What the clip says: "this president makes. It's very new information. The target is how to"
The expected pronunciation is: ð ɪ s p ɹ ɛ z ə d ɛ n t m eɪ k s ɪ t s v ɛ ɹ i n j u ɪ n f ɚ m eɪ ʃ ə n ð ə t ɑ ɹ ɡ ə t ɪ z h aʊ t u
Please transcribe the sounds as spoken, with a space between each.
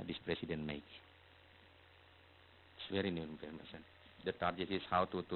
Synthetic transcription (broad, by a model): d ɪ s p ɹ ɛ s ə d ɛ n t m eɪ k ɪ t s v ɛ ɹ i n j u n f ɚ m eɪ s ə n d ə t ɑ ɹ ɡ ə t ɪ s h aʊ t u